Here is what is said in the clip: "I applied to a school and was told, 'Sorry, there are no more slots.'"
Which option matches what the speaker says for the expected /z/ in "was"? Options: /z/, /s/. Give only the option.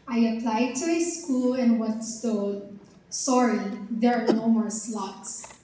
/s/